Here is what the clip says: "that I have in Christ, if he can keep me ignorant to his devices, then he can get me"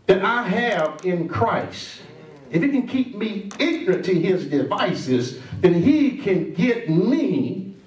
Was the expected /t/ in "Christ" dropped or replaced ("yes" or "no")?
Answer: no